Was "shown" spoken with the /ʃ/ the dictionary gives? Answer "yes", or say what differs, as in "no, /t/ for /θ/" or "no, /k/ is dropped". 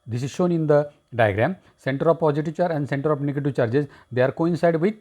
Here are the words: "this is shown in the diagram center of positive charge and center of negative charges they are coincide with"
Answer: yes